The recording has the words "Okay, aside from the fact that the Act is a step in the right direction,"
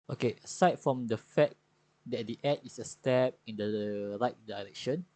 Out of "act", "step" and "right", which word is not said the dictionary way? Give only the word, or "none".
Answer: act